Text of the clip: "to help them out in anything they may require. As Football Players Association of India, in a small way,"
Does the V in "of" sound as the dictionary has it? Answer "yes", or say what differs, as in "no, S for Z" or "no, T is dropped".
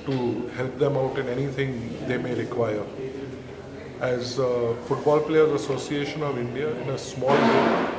yes